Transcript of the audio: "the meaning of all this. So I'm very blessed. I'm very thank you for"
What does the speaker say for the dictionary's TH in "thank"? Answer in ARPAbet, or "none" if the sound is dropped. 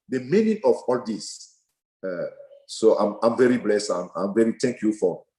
T